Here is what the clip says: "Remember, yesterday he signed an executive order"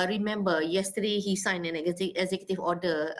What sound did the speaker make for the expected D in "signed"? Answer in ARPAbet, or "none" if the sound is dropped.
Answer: none